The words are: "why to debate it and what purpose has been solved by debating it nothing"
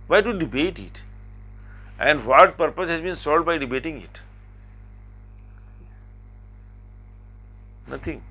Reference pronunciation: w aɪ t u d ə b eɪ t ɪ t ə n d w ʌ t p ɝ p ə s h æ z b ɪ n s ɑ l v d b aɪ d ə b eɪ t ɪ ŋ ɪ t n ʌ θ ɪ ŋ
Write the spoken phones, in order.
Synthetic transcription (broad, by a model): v aɪ t u d ə b eɪ t ɪ t ə n d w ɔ t p ɝ p ə s h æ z b ɪ n s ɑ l d b aɪ d ə b eɪ t ɪ ŋ ɪ t n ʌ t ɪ ŋ